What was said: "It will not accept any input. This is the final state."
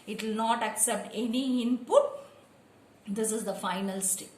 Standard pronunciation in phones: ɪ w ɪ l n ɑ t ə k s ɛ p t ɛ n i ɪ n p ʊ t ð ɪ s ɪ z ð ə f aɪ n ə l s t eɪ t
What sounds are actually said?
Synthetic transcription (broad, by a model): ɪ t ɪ l n ɑ t ə k s ɛ p t ɛ n i ɪ n p ʊ t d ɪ s ɪ z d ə f aɪ n ə l s t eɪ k